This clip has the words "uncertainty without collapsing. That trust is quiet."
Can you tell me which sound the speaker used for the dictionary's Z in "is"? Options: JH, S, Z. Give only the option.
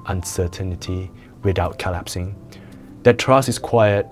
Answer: S